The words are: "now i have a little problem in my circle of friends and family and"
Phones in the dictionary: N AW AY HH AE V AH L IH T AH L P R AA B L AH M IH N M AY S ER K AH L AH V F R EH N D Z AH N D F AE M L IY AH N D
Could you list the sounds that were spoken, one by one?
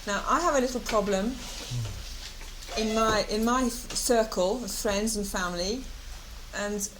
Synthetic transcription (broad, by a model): N AW AY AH V AH L IH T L P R AA B L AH M IH N M AY S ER K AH L AH V F R EH N D Z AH N F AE M L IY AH N